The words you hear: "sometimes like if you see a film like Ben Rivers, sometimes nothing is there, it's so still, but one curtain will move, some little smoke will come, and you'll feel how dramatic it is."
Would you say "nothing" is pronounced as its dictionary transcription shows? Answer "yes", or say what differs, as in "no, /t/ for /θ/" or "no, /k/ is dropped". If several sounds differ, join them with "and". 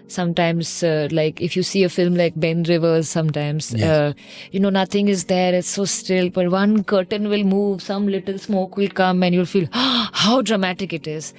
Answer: no, /t/ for /θ/